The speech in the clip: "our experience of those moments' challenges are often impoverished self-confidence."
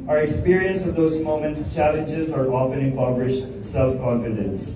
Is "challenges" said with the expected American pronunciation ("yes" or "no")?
yes